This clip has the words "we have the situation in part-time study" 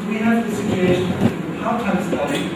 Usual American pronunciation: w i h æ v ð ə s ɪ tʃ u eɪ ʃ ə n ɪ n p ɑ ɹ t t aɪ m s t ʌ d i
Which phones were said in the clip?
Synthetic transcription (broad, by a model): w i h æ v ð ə s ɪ tʃ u eɪ ə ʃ ɪ n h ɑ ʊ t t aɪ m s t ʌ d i